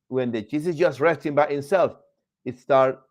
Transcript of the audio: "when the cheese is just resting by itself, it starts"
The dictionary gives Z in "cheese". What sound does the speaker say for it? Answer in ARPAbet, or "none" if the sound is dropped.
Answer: S